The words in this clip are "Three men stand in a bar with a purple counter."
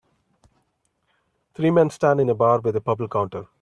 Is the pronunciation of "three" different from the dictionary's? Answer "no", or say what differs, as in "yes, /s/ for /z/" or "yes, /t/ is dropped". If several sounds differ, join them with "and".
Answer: yes, /t/ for /θ/